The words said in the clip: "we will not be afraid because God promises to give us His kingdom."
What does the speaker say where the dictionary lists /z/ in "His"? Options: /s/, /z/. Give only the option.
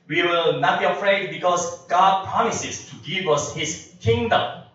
/s/